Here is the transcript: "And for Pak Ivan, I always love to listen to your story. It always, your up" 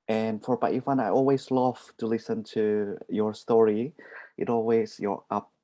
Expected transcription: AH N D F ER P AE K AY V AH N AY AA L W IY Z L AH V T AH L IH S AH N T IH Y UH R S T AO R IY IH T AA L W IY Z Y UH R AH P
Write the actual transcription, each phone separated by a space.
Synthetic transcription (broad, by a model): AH N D F ER B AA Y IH F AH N AY AA L W IY Z L AH V T AH L IH S AH N T IH Y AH R S T AO R IY IH T AA L W IY Z Y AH R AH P